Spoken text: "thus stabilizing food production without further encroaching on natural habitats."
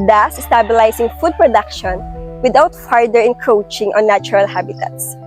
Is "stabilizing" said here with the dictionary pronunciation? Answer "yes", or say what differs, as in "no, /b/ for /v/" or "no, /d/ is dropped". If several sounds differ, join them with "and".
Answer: no, /s/ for /z/